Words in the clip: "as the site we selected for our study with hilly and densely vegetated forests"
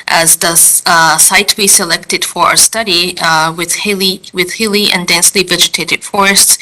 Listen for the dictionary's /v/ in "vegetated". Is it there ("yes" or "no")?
yes